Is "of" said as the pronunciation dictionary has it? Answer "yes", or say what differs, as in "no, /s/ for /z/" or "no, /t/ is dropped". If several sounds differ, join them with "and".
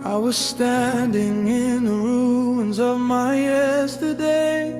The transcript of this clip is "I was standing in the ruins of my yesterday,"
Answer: yes